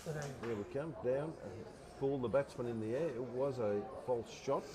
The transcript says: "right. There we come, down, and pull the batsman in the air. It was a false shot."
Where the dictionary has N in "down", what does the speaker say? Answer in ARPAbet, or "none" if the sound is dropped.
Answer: none